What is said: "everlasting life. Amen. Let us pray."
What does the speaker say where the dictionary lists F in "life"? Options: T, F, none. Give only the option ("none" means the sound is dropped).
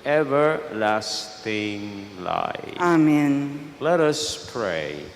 none